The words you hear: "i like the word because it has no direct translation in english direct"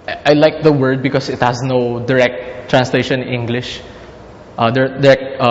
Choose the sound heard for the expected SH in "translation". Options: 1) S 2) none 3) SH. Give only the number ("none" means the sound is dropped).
2